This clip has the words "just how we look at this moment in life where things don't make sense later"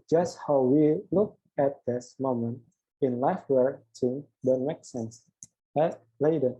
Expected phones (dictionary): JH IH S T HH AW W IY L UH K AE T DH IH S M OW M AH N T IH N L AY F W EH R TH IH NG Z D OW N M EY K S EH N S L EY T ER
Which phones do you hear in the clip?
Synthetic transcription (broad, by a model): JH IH S T HH AW W IY L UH K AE T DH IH S M OW M AH N T IH N L AY F W EH R S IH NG D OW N M EY K S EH N S L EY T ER